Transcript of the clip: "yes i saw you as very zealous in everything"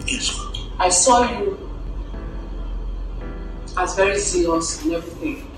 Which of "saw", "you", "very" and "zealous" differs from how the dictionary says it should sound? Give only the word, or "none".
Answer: zealous